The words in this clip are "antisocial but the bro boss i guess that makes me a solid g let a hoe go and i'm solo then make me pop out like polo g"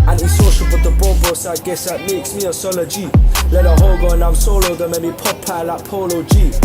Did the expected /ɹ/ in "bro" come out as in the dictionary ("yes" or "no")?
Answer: no